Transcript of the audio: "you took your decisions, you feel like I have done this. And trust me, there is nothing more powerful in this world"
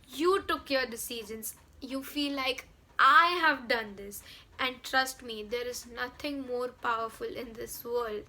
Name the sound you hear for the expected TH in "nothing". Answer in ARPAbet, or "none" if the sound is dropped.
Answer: T